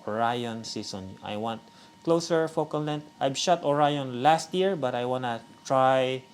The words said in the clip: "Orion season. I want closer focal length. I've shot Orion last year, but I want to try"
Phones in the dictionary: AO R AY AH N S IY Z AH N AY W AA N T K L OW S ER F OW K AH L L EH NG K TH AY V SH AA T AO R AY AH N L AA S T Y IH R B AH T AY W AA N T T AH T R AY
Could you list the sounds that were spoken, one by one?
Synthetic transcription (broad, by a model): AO R AY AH N S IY S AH N AY W AA N T K L OW S ER F OW K AH L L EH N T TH AY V SH AA T AO R AY AH N L AA S T Y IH R B AH T AY W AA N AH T R AY